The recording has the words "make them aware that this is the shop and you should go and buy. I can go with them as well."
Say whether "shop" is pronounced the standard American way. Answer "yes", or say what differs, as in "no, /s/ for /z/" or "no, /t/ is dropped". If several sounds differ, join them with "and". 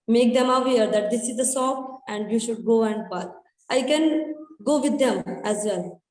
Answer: no, /s/ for /ʃ/